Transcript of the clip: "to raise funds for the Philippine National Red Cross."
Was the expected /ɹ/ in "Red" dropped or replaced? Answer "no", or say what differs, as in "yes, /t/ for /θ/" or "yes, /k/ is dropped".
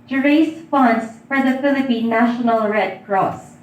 no